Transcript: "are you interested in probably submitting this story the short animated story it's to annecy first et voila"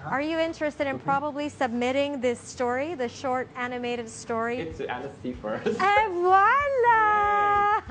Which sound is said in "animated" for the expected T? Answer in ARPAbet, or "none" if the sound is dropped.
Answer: T